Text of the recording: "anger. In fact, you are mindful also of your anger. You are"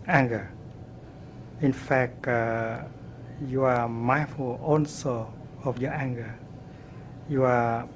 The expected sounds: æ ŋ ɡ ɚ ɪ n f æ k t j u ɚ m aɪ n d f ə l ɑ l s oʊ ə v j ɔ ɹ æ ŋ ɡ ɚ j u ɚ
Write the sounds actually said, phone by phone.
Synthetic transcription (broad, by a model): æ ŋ ɡ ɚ ɪ n f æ k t j u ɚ m aɪ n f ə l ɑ n s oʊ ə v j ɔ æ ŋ ɡ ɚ j u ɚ